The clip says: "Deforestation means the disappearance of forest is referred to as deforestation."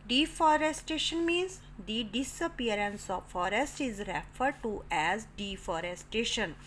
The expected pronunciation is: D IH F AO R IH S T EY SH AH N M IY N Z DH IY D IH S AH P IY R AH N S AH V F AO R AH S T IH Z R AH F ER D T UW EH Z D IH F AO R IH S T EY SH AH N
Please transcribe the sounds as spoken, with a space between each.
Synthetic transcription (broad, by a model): D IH F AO R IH S T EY SH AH N M IY N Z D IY D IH S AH P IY R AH N S AH V F AO R AH S T IH Z R AH F ER D T UW EH Z D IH F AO R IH S T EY SH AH N